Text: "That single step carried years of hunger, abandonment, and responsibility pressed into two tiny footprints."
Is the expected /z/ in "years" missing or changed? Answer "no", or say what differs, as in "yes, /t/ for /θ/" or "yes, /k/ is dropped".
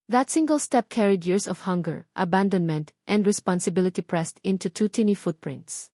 yes, /s/ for /z/